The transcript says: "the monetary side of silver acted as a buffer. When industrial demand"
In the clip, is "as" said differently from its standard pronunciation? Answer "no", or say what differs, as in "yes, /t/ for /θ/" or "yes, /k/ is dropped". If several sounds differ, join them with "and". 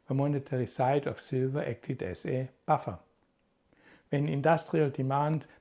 yes, /s/ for /z/